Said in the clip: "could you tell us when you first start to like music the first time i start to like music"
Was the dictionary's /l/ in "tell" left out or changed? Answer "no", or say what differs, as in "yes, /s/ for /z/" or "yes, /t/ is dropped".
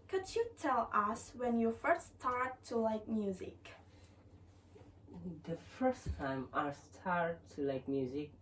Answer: no